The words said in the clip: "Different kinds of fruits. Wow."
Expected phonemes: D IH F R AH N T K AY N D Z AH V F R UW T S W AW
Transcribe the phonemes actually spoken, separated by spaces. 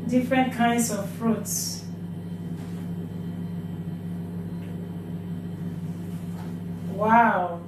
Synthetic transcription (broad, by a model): D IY F R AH N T K AY N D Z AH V F R UW T S W AW